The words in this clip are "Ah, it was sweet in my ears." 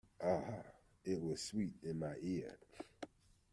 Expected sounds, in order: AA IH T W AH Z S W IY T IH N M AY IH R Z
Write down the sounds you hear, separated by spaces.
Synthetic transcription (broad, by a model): AA IH T W AH Z S W IY T IH N M AY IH R